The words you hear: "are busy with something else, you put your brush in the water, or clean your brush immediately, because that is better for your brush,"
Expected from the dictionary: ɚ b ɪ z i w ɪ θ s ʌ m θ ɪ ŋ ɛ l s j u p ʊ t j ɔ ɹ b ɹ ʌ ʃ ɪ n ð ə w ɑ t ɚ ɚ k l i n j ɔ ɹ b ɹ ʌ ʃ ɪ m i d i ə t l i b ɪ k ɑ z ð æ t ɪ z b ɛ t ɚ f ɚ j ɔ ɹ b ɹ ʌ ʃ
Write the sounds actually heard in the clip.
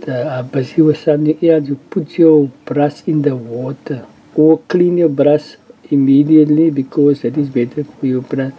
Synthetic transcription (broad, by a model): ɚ b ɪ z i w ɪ s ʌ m t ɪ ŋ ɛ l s j u p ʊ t j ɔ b ɹ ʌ s ɪ n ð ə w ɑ t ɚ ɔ k l i n j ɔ b ɹ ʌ s ɪ m i d i ə t l i b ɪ k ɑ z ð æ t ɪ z b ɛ t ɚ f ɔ j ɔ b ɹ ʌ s